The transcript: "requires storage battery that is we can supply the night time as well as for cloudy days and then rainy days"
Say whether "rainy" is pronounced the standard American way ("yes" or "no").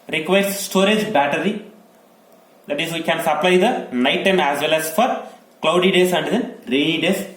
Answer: no